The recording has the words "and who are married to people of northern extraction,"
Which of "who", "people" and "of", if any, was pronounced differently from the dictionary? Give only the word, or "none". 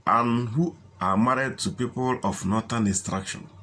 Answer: of